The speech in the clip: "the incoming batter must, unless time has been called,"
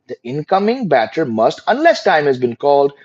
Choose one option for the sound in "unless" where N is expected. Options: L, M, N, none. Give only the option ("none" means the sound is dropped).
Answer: N